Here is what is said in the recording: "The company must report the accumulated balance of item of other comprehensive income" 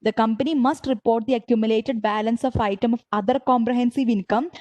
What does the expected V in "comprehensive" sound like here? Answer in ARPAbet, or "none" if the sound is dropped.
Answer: V